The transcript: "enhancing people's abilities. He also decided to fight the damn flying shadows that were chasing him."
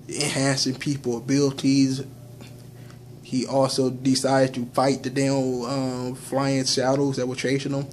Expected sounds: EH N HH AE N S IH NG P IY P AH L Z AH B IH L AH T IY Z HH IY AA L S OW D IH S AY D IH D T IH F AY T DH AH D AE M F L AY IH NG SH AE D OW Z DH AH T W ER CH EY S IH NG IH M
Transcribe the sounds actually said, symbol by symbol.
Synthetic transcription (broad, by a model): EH N HH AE N S IH NG P IY P L AH B IH L AH T IY Z HH IY AA L S OW D IH S AY D IH D T IH F AY T DH AH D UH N F L AY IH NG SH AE D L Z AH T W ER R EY SH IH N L